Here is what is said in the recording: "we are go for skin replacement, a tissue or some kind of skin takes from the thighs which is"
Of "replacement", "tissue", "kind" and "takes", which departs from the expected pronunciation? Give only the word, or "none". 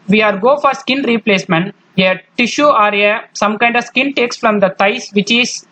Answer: none